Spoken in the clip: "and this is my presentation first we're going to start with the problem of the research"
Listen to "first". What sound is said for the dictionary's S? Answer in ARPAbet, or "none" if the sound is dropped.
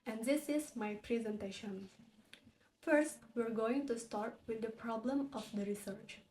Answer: S